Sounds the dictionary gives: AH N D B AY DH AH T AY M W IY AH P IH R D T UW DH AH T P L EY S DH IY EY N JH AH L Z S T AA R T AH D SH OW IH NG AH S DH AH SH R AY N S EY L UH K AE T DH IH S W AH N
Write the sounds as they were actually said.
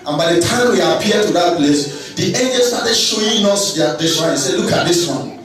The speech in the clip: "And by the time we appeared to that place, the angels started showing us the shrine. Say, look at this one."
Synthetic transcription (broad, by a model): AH N B AY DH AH T AY M W IY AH P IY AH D T UW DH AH T P L EY S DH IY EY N JH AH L S T AA T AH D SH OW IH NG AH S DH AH S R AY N S EY L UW K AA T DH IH S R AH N